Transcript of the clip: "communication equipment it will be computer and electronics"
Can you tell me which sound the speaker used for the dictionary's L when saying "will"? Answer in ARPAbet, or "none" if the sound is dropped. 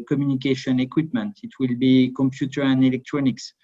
L